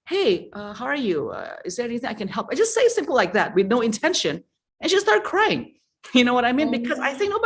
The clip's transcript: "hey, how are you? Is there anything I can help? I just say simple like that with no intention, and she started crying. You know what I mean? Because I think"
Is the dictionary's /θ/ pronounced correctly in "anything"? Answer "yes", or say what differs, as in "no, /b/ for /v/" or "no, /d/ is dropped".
yes